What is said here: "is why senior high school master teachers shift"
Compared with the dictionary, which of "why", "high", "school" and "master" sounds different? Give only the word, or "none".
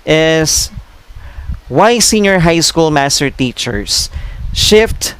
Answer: none